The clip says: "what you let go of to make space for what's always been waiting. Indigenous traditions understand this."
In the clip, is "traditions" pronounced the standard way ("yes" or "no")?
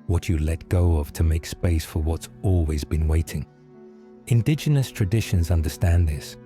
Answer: yes